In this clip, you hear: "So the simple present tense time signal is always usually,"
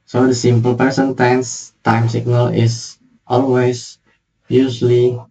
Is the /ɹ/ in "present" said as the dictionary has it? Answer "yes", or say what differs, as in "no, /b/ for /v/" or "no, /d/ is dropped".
no, /ɹ/ is dropped